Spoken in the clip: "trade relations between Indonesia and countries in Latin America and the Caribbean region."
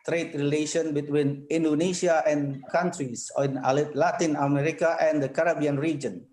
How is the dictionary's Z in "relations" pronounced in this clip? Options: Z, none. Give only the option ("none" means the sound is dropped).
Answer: none